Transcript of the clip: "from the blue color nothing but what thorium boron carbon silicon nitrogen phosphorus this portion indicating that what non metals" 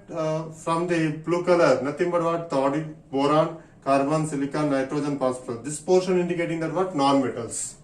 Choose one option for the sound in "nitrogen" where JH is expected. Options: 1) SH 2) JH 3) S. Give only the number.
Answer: 2